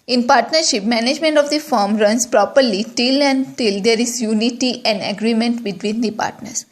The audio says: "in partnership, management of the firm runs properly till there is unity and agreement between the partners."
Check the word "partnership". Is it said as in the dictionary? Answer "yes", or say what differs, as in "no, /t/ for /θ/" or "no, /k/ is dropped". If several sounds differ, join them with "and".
yes